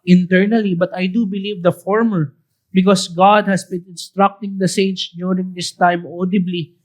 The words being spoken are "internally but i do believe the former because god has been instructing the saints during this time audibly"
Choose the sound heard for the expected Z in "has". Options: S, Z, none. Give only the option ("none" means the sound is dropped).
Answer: S